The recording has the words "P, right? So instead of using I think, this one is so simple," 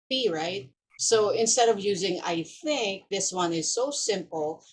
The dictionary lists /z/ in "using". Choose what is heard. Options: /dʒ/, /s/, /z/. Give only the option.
/z/